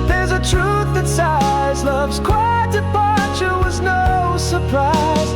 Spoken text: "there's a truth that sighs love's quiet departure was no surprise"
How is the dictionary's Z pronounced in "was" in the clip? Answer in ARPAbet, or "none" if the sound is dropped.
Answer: Z